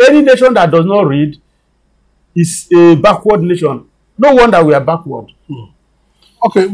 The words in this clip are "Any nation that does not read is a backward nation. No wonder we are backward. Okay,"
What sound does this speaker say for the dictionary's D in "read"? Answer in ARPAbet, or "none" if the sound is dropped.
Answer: D